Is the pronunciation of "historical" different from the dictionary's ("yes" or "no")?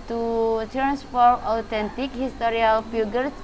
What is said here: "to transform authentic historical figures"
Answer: yes